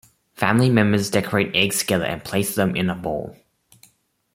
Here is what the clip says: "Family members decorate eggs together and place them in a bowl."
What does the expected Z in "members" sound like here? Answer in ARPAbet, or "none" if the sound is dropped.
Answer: Z